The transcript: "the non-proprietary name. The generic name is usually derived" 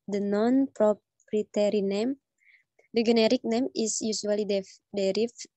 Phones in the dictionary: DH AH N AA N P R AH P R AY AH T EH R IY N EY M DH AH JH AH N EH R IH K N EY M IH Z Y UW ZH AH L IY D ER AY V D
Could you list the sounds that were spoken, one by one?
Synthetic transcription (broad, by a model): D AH N AA N P R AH P R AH T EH R IY N EY M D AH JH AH N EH R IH K N EY M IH S Y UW S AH L IY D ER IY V